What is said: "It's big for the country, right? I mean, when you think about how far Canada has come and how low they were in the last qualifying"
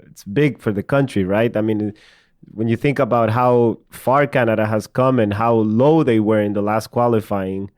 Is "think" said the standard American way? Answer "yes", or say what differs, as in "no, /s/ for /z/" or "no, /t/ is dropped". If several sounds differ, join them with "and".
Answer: yes